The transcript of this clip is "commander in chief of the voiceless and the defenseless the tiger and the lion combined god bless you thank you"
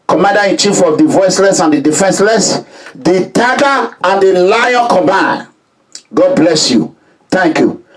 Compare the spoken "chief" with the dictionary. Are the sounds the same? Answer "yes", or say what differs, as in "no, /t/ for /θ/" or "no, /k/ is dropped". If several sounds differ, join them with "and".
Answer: yes